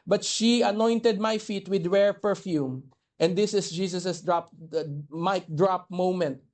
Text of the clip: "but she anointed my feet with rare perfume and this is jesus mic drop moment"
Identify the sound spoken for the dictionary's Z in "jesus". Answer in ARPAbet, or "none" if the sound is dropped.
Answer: S